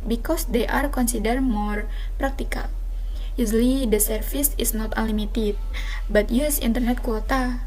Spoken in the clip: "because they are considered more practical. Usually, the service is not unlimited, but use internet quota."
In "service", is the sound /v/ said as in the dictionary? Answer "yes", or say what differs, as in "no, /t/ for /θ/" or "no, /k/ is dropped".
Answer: no, /f/ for /v/